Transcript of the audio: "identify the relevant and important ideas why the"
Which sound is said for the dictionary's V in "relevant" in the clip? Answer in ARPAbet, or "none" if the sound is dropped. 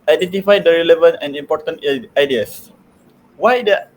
V